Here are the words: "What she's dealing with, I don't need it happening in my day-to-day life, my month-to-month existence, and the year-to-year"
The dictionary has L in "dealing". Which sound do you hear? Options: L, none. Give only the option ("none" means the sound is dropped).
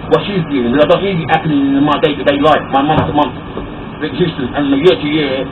none